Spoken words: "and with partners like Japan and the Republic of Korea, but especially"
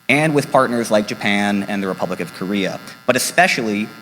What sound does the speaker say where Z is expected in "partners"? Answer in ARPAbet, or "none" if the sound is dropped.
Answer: Z